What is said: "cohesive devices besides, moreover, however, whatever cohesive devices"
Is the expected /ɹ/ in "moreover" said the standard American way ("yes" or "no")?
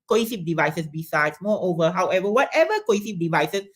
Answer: no